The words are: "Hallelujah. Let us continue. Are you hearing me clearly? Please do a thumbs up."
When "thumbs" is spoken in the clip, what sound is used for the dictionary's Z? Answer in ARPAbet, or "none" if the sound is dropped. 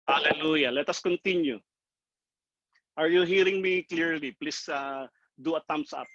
S